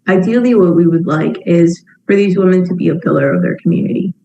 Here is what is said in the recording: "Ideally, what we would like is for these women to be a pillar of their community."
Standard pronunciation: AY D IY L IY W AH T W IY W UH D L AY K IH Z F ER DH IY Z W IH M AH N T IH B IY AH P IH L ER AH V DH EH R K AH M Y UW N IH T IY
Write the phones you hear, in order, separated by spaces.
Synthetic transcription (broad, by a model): AY D IY L IY W AH T W IY W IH D L AY K IH Z F ER DH IY Z W IH M AH N T IH B IY AH P IH L ER AH V DH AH R K M Y UW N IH T IY